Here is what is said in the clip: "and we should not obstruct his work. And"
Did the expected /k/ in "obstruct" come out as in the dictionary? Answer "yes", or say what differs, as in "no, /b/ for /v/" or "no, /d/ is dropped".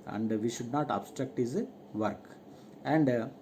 yes